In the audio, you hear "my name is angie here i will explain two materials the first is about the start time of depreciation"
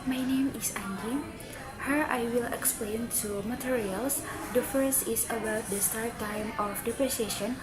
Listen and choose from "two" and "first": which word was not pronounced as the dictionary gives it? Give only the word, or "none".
first